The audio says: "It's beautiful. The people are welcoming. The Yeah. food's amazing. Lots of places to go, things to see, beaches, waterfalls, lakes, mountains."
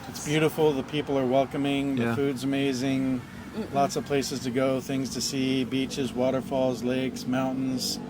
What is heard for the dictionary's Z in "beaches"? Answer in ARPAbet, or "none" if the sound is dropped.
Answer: Z